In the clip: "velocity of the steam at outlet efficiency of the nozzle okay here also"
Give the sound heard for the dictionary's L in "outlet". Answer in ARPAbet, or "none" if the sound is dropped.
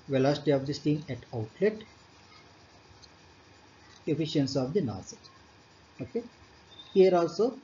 L